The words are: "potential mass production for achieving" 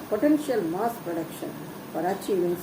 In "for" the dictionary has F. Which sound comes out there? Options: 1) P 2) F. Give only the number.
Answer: 1